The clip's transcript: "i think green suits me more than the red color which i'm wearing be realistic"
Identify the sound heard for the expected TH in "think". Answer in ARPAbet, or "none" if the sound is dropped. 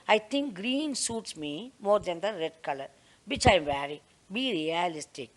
T